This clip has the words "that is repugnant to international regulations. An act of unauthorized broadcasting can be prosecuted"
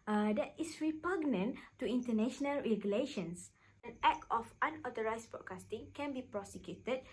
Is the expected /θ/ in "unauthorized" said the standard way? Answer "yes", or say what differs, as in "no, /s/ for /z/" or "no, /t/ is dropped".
no, /t/ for /θ/